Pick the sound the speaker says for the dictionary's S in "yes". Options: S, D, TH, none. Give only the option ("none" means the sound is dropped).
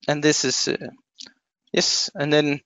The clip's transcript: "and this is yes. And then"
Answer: S